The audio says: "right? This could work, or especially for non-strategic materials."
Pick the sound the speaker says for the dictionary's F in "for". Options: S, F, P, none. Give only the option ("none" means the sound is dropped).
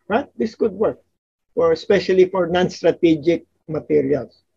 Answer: F